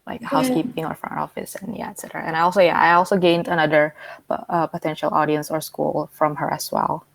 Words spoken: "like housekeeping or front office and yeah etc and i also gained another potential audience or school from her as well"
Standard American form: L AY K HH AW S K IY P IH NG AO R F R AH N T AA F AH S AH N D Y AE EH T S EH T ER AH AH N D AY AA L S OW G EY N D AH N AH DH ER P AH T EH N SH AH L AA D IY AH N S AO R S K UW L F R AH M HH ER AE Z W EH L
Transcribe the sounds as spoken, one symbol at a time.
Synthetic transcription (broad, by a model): L AY K HH AW S K IY P IH NG AO R F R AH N AA F AH S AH N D Y AE EH T S EH T ER AH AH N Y AY AA L S OW G EY N D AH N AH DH ER P AH T EH N SH AH L AA D IY AH N S AO R S K UW L F R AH M HH ER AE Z W EH L